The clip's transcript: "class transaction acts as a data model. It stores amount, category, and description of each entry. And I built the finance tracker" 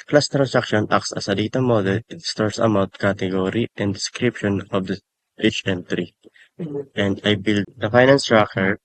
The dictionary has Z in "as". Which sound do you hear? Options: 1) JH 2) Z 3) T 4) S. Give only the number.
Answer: 4